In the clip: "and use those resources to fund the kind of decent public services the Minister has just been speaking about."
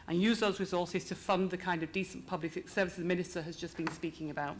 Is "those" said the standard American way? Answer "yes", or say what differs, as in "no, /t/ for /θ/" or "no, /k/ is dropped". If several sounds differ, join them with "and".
yes